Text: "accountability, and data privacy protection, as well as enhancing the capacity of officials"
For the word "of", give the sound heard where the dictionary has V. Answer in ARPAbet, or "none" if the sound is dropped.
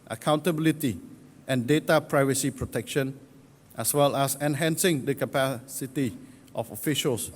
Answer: F